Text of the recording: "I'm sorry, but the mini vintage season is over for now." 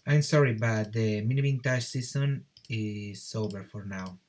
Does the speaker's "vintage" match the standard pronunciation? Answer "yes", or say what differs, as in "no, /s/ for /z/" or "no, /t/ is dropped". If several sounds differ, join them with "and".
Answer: no, /b/ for /v/